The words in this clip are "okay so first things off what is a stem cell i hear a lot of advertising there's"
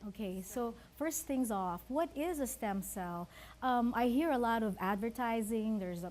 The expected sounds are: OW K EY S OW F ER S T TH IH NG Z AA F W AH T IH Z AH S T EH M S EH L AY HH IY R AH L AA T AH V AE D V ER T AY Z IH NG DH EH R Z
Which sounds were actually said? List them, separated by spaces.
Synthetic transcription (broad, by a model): OW K EY S OW F ER S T TH IH NG Z AA F W AH T IH Z AH S T EH M S EH L AY HH IY R AH L AA T AH V AE D V ER T AY Z IH NG DH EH R Z